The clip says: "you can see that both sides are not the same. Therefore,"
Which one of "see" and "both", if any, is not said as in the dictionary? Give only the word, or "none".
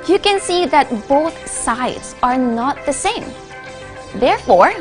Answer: none